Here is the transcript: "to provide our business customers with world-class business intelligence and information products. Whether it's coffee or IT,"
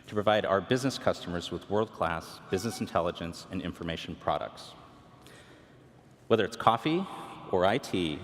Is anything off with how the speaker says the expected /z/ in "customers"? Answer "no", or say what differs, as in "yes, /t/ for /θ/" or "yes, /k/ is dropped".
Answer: no